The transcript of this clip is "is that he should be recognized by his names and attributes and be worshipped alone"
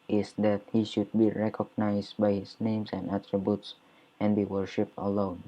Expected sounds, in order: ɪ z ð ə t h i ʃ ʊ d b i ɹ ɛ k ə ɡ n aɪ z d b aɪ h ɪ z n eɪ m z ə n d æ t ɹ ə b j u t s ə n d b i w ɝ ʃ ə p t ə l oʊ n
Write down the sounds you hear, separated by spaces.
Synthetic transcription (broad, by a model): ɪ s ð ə t h i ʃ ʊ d b i ɹ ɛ k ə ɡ n aɪ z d b aɪ h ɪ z n eɪ m s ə n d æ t ɹ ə b j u t s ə n b i w ɝ ʃ ə p t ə l oʊ n